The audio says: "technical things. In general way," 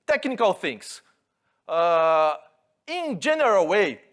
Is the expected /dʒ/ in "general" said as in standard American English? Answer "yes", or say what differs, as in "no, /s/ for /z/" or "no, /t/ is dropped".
yes